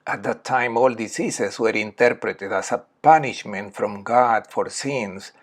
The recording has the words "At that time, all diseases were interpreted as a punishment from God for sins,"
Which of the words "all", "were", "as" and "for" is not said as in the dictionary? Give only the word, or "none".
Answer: as